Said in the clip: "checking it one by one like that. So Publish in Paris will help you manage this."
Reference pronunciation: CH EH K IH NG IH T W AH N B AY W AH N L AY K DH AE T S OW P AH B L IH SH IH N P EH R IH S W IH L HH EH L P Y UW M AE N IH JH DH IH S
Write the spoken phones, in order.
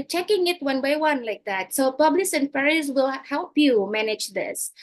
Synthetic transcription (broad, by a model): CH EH K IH NG IH T W AH N B AY W AH N L AY K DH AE T S OW P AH B L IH S IH N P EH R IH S W IH L HH EH L P Y UW M AE N IH JH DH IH S